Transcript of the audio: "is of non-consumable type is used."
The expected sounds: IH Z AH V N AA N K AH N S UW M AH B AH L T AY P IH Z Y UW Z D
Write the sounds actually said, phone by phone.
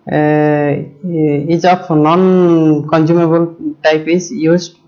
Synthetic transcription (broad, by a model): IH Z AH P N AA N K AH N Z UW M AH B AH L T AY P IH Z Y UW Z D